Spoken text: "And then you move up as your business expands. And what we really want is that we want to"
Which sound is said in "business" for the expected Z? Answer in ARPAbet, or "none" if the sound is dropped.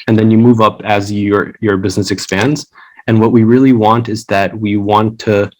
Z